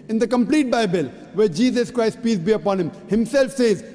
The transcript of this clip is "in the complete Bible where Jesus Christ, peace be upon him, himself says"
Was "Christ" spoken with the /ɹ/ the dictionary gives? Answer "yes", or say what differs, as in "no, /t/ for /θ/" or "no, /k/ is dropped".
yes